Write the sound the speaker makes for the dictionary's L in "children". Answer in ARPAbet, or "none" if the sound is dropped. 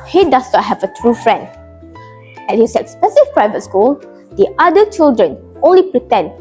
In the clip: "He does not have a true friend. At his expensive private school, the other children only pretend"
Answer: L